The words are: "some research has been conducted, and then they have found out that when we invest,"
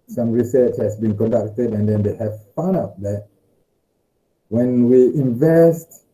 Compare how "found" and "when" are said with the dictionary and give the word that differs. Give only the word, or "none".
found